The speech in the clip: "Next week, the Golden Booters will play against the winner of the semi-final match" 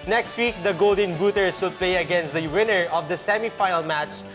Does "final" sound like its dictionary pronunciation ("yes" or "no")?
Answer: no